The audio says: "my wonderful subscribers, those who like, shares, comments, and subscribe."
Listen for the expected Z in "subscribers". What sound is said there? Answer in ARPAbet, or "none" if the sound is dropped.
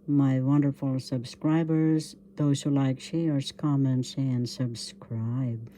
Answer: Z